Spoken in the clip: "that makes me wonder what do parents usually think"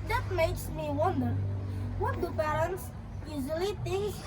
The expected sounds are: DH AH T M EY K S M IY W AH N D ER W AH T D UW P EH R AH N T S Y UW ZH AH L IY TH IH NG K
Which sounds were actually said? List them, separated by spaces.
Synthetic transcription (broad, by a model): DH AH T M EY K S M IY W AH N D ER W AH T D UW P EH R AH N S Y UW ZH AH L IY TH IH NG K